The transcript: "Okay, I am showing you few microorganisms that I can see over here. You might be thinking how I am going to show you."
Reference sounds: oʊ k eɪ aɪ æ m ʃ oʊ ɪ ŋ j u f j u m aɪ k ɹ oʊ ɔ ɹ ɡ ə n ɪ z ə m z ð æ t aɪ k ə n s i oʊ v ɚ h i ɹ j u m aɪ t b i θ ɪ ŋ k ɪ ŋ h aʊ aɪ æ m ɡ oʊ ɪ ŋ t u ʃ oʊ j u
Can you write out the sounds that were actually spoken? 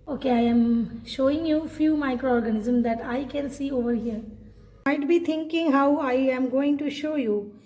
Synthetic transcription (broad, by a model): oʊ k eɪ aɪ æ m ʃ oʊ ɪ ŋ j u f j u m aɪ k ɹ oʊ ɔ ɹ ɡ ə n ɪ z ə m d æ t aɪ k ə n s i oʊ v ɚ h i ɹ m aɪ t b i t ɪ ŋ k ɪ ŋ h aʊ aɪ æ m ɡ oʊ ɪ ŋ t u ʃ oʊ j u